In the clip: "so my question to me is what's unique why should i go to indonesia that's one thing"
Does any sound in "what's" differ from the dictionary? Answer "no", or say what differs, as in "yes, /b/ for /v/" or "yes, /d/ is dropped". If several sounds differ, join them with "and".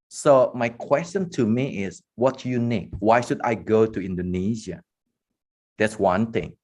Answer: yes, /s/ is dropped